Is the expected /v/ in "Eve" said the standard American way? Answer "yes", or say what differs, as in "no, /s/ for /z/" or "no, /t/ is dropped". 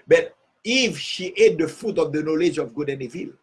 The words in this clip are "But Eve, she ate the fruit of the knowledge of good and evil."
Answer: no, /f/ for /v/